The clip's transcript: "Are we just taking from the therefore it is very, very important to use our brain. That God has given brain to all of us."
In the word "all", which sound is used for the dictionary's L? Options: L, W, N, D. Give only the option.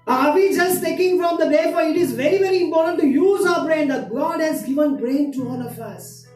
N